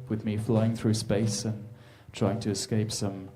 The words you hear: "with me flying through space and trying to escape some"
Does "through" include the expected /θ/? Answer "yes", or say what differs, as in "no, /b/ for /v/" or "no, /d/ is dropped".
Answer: yes